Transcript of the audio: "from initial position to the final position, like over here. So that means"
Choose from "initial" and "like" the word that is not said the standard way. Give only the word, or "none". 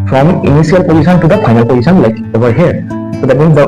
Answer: initial